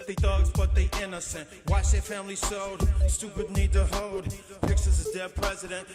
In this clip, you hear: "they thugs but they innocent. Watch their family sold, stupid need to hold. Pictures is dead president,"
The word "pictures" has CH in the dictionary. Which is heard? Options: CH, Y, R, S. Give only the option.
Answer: S